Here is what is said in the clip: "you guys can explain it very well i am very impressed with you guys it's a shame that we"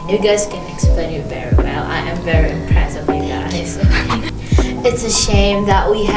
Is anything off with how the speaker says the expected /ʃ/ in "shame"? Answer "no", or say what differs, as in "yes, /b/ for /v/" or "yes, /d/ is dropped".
no